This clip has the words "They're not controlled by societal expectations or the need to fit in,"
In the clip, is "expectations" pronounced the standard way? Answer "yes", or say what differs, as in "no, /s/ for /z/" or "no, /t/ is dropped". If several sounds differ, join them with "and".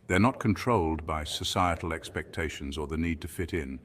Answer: yes